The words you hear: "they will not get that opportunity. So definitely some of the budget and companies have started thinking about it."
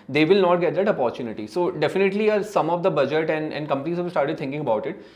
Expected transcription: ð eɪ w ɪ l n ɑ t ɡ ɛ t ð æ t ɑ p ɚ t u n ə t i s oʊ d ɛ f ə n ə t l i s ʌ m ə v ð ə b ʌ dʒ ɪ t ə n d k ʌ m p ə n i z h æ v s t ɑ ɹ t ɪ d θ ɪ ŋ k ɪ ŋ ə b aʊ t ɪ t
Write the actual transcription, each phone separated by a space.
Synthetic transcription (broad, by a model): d eɪ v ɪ l n ɑ t ɡ ɛ t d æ t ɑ p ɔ t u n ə t i s oʊ d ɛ f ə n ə t l i s ʌ m ə v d ə b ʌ dʒ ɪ t ə n d k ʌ m p ə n i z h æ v s t ɑ ɹ t ɪ d t ɪ ŋ k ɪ ŋ ə b aʊ t ɪ t